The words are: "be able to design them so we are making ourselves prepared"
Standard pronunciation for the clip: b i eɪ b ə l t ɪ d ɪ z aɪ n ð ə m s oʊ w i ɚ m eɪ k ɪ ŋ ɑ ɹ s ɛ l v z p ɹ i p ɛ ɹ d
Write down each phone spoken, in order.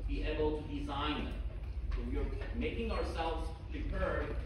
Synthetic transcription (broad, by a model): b i eɪ b ə l t ɪ d ɪ z aɪ n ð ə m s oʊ w i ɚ m eɪ k ɪ ŋ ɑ ɹ s ɛ l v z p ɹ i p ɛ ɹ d